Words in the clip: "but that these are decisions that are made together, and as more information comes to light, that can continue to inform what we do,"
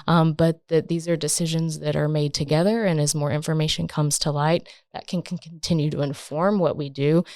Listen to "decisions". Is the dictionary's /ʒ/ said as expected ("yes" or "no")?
yes